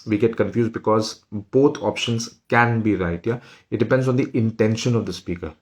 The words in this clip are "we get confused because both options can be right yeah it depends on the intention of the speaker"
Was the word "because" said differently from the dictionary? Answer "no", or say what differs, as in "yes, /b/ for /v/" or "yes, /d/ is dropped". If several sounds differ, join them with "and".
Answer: no